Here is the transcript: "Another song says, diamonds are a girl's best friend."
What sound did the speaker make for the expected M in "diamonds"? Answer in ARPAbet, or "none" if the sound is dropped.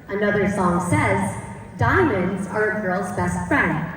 M